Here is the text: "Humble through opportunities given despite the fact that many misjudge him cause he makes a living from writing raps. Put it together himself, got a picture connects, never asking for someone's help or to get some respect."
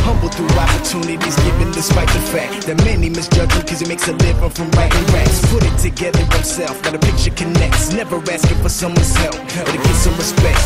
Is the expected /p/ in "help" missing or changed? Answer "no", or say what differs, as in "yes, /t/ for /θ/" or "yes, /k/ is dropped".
yes, /f/ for /p/